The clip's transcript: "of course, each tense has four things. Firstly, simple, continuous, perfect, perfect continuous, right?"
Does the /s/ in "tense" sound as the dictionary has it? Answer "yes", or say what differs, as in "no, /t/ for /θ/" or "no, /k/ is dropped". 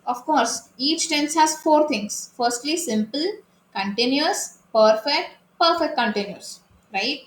yes